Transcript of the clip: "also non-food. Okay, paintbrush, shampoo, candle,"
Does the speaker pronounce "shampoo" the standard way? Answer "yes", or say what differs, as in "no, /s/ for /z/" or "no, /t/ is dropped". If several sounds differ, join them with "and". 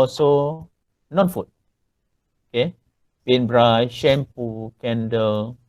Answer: yes